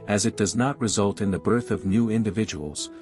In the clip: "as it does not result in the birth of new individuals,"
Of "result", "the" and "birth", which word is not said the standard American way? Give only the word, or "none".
none